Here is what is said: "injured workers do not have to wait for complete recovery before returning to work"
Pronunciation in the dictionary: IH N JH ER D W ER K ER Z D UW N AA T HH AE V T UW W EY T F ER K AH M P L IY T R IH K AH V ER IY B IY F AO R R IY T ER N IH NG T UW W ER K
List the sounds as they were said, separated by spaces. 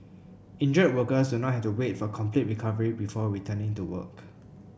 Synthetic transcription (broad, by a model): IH N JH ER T W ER K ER S D UW N AA T HH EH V T UW W EY T F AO K AH M P L IY T R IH K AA V ER IY B IY F AO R R IY T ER N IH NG T UW W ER K